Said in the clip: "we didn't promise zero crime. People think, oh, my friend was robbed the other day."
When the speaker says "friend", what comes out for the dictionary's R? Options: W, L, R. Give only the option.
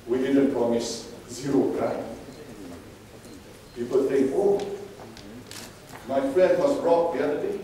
L